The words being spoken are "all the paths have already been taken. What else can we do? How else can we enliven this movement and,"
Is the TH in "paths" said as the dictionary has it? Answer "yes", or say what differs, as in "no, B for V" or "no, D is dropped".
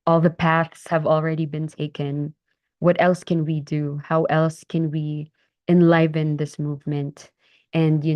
yes